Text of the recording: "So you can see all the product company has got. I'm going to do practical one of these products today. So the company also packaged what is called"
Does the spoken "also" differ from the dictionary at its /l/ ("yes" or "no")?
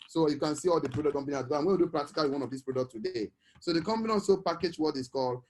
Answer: yes